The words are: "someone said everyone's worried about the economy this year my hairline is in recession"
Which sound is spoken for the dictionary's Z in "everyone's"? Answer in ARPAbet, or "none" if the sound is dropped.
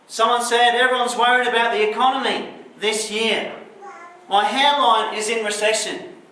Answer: Z